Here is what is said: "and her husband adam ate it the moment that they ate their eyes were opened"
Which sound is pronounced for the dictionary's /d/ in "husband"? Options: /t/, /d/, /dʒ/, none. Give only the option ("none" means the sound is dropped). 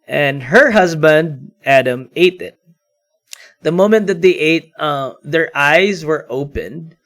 /d/